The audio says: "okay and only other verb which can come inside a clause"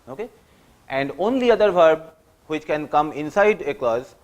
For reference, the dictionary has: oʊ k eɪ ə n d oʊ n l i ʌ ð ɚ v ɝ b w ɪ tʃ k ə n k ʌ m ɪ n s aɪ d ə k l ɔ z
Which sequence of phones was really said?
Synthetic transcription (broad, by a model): oʊ k eɪ ə n d oʊ n l i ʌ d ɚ v ɝ b w ɪ tʃ k ə n k ʌ m ɪ n s aɪ d ə k l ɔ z